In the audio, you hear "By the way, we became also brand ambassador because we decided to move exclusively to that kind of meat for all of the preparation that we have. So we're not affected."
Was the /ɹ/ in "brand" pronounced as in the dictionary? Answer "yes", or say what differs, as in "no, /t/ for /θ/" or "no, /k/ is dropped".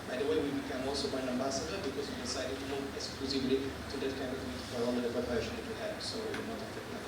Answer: no, /ɹ/ is dropped